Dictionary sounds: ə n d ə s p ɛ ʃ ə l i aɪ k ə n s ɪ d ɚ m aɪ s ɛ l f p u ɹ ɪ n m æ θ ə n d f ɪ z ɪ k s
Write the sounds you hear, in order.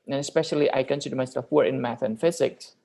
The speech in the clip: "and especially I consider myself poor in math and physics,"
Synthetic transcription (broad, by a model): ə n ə s p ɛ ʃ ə l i aɪ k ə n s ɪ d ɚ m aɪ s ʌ f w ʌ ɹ ɪ n m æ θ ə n f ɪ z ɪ k s